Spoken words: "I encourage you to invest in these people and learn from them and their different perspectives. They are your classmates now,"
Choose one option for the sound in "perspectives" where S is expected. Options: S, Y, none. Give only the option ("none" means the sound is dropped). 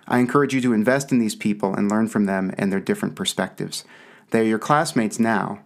S